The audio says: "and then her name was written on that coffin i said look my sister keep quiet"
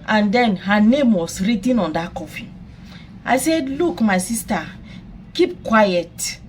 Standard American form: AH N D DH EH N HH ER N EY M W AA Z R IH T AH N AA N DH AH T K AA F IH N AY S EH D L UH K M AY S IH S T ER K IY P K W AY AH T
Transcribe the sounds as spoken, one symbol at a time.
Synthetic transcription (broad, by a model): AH N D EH N HH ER N EY M W AA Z R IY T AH N AA N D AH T K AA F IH AY S EH D L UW K M AY S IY S T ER K IY P K W AY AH T